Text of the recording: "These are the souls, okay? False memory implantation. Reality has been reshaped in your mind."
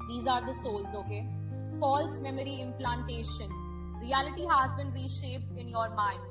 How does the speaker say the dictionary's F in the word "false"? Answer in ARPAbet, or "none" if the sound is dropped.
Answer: F